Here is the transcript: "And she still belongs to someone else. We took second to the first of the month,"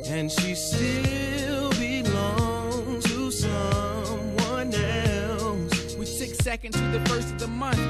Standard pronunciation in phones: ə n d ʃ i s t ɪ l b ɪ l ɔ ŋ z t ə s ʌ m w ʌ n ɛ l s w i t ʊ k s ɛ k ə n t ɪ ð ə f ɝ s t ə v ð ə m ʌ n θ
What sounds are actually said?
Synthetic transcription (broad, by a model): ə n ʃ i s t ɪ l b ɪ l ɔ ŋ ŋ t ə s ʌ m w ʌ n ɛ l s w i s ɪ k s ɛ k ə n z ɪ ð ə f ɝ s t ə v ð ə m ʌ n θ